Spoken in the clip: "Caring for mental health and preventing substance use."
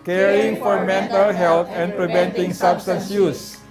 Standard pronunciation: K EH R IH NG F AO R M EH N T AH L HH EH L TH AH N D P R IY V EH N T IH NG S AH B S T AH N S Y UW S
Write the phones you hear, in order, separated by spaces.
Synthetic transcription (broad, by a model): K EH R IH NG F AO R M EH N T AH L HH EH L T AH N P R IY V EH N T IH NG S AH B S T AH N S Y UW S